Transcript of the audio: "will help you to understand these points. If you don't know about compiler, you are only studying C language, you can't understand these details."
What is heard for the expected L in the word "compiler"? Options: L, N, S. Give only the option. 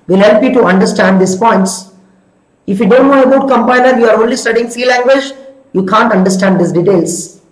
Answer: N